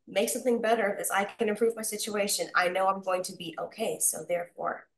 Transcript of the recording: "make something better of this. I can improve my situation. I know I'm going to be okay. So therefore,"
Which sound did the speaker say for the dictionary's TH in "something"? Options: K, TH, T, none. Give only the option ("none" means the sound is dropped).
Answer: TH